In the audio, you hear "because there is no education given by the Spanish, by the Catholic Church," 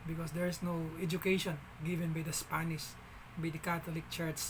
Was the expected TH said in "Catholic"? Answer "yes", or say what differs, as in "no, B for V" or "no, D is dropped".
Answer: no, T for TH